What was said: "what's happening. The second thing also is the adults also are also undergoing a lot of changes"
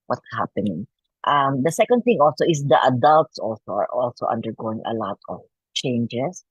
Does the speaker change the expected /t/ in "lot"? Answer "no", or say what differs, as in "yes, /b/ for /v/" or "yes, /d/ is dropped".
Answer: no